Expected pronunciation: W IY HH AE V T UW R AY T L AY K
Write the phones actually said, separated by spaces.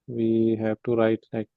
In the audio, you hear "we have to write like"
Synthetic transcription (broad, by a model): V IY HH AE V T UW R AY T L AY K